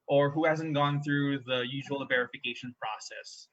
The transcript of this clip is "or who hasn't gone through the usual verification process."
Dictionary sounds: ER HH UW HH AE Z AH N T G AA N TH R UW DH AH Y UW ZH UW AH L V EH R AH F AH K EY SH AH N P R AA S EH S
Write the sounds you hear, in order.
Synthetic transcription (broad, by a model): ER HH UW HH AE Z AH N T G AA N TH R UW DH AH Y UW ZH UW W L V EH R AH F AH K EY SH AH N P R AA S EH S